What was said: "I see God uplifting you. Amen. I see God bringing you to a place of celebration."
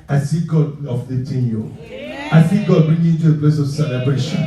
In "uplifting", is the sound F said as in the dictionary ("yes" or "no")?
no